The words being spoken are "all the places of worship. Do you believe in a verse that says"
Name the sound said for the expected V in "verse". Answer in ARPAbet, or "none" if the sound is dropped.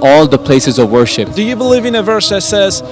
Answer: V